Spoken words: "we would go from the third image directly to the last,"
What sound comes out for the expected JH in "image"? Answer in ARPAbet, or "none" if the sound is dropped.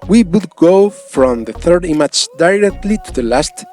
CH